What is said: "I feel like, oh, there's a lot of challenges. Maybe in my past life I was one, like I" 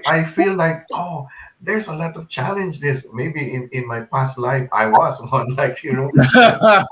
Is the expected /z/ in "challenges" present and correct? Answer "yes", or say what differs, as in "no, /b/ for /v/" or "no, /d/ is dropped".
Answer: no, /s/ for /z/